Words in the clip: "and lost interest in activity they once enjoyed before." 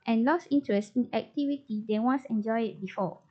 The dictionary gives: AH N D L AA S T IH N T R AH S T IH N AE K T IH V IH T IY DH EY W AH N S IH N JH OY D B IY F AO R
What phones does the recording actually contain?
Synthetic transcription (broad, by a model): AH N L AA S IY N T R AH S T IH N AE K T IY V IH T IY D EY W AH N S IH N JH OY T B IY F AO